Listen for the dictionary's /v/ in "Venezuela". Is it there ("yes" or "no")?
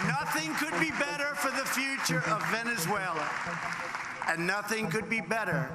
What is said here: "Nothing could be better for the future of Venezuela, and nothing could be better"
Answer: yes